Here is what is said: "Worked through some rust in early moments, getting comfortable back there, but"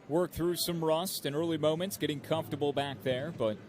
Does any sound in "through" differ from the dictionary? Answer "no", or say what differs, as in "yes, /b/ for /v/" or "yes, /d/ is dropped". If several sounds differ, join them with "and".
no